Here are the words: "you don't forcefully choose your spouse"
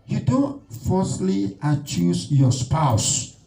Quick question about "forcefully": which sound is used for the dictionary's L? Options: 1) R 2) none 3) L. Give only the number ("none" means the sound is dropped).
2